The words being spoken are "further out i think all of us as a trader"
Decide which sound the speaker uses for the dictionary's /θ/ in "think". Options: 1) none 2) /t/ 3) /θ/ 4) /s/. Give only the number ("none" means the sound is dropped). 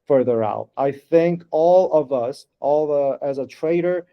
3